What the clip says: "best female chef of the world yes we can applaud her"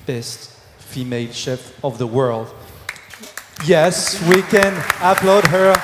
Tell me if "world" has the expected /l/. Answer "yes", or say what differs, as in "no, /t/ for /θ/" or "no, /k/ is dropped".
yes